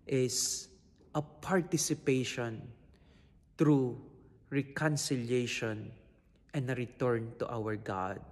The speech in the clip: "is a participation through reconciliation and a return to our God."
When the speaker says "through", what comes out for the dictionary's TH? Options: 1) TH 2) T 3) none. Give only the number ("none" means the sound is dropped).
2